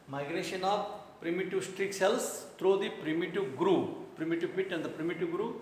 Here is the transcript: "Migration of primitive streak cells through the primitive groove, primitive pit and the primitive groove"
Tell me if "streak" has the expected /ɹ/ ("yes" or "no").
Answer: yes